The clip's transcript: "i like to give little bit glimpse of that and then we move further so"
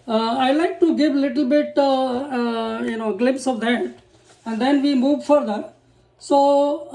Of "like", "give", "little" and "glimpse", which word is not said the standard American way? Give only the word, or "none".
none